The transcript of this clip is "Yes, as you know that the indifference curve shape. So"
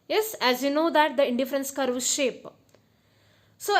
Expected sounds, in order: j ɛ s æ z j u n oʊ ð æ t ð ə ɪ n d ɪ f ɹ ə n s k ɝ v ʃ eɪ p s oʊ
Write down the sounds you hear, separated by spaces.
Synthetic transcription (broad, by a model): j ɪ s æ z j u n oʊ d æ t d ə ɪ n d ɪ f ɹ ə n s k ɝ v ʃ eɪ p s oʊ